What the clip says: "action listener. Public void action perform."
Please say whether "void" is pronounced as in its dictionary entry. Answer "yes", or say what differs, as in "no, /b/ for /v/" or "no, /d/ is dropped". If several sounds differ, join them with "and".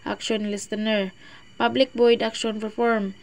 no, /b/ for /v/